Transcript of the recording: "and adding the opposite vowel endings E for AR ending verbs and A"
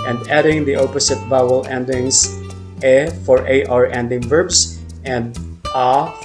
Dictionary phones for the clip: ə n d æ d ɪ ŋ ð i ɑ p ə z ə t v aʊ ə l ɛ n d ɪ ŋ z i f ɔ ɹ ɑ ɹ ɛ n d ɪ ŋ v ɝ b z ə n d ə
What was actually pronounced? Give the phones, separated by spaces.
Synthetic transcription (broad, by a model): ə n d æ d ɪ ŋ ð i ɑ p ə s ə t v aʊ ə l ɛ n d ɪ ŋ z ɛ f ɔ ɹ ɑ ɹ ɛ n d ɪ ŋ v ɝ b s ə n d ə